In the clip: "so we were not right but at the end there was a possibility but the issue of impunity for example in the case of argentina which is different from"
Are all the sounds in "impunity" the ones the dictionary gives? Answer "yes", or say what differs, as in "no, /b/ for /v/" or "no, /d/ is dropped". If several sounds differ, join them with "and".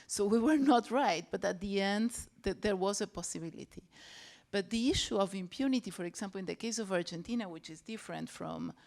yes